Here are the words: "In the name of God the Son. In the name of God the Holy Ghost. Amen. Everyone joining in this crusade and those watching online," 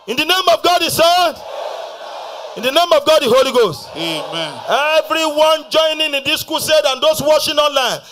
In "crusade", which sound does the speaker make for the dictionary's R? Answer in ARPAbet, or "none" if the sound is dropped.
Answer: none